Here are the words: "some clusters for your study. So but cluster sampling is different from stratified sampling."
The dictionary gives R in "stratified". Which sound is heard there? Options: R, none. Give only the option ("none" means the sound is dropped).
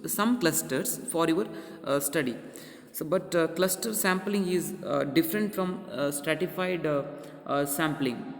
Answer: R